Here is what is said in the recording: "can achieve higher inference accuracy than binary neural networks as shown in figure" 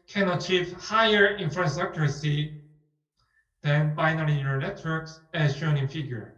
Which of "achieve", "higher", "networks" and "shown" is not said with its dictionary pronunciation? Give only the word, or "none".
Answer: none